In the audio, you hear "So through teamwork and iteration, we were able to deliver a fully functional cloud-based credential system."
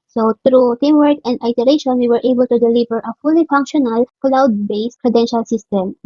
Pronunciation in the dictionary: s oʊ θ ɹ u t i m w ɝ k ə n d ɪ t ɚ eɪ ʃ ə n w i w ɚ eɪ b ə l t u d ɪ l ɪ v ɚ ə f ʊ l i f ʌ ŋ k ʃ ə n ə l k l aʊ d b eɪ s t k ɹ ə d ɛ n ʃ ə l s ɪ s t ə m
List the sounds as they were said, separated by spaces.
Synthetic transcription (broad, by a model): s oʊ t ɹ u t i m w ɝ k ə n d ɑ t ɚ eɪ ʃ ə n w i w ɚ eɪ b ə l t u d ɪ l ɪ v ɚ ə f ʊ l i f ʌ ŋ k ʃ ə n ə l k l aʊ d b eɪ s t k ɹ ə d ɛ n ʃ ə l s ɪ s t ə m